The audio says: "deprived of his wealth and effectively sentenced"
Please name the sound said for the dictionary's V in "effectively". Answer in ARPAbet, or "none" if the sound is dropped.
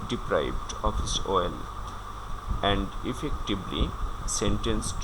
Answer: B